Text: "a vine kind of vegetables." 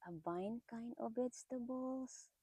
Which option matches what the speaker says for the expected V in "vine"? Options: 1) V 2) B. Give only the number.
2